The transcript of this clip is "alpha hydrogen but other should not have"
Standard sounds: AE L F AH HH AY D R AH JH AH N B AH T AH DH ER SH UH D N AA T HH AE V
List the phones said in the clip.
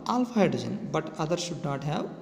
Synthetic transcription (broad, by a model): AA L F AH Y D AH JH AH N B AH T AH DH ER SH UH D N AA T HH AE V